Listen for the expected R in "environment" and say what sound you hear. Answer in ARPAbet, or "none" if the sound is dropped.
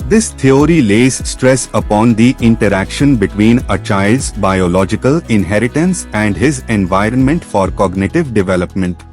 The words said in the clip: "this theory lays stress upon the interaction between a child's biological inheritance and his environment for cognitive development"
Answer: R